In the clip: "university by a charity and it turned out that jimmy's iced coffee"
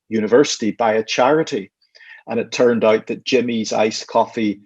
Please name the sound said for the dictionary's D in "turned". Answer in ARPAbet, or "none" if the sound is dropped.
D